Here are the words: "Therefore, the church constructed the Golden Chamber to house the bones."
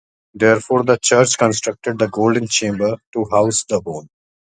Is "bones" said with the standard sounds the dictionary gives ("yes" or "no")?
no